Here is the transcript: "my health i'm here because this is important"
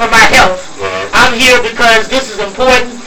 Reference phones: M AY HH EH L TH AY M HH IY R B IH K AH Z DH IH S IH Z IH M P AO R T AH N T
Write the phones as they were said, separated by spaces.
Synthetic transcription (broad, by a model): M AY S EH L F AY M HH IY R B IH K AH Z DH IH S IH Z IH M P AO R T N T